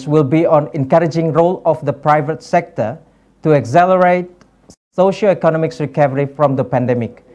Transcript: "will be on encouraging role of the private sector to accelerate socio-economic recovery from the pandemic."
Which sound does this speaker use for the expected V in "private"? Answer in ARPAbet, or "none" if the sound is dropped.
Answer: V